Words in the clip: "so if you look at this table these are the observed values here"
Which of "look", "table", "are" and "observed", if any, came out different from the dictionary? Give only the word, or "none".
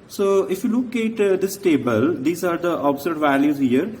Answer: observed